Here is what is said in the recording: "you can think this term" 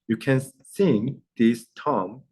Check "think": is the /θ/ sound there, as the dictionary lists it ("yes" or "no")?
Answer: no